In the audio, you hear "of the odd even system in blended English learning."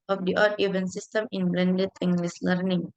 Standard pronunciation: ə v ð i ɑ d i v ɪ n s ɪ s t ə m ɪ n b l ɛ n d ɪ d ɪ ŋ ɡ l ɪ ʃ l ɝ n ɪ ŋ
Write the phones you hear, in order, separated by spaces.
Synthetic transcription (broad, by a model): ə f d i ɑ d i v ɪ n s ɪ s t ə m ɪ n b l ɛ n d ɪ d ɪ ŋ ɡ l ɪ s l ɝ n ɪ ŋ